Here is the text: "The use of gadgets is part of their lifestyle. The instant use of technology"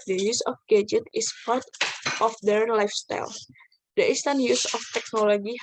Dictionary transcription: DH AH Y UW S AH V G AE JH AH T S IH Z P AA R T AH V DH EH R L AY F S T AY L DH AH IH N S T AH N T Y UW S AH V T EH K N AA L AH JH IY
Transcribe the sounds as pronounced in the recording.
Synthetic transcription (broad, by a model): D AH Y UW S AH F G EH JH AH T IH S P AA R T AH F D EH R L AY F S T AY L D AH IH S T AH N Y UW S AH F T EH K N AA L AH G IY